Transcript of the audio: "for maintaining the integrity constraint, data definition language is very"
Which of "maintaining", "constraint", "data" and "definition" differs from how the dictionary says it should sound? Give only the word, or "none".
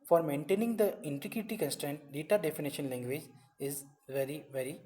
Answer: none